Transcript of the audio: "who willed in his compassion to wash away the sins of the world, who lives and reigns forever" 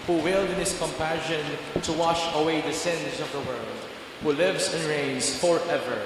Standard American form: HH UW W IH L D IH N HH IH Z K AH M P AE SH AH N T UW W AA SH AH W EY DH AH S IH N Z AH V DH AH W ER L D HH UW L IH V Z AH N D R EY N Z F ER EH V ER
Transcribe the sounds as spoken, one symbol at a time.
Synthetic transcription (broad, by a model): HH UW W IH L D IH N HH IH S K AH M P AE SH AH N T UW W AA SH AH W EY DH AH S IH N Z AH V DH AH W ER L D HH UW L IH V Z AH N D R EY N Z F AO EH V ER